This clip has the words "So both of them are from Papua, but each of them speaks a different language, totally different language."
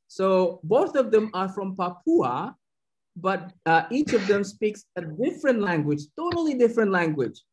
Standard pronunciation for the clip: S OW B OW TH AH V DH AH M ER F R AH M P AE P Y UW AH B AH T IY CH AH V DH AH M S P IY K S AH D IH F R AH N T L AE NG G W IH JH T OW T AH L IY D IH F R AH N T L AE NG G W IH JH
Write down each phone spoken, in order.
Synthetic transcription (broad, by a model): S OW B OW TH AH V DH AH M ER F R AH M P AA P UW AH B AH T IY CH AH V DH AH M S P IY K S AH D IH F R AH N T L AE NG G W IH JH T OW T L IY D IH F R AH N T L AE NG G W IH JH